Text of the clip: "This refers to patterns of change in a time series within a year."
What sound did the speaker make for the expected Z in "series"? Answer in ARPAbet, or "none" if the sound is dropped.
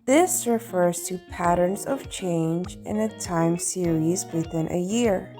Z